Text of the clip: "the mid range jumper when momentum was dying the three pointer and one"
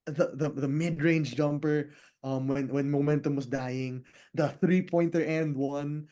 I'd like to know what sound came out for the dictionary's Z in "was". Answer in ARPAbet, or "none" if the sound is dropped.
S